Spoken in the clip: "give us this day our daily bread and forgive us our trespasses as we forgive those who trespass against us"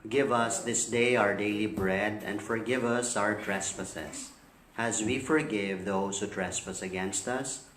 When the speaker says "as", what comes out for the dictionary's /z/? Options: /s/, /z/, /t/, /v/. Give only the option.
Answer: /z/